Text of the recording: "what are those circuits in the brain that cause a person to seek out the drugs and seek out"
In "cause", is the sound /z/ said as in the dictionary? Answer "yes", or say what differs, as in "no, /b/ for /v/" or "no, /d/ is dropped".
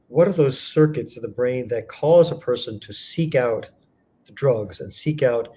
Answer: yes